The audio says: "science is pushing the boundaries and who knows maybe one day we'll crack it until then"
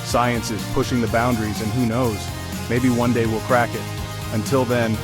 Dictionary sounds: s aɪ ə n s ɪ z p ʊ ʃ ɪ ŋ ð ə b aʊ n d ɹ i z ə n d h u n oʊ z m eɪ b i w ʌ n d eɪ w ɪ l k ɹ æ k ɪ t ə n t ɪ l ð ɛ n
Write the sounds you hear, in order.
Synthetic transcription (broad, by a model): s aɪ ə n s ɪ z p ʊ ʃ ɪ ŋ ð ə b aʊ n d ɹ i z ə n h u n oʊ z m eɪ b i w ʌ n d eɪ w ɪ l k ɹ æ k ɪ t ə n t ɪ l ð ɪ n